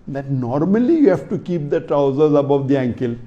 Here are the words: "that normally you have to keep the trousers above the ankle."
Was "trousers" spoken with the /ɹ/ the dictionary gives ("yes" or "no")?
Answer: yes